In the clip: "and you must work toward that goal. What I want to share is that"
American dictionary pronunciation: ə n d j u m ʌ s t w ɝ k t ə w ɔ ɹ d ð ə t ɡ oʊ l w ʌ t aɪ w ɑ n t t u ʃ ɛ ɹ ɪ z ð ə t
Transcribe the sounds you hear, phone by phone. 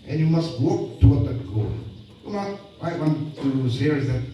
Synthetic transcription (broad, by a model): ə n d j u m ʌ s t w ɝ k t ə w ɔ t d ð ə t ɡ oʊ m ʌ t aɪ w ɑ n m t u s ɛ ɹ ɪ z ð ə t